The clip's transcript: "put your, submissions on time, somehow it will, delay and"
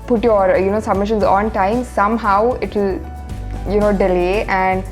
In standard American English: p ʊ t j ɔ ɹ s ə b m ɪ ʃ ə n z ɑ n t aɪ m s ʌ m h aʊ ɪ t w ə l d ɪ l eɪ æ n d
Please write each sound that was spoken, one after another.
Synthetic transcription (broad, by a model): p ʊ t j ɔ ɹ s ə b m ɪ ʃ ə n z ɑ n t aɪ m s ʌ m h aʊ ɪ t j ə n d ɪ l eɪ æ n d